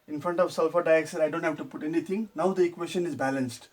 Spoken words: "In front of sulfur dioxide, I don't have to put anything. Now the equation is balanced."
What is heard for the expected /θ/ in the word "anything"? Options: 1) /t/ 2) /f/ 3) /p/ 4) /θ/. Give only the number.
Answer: 1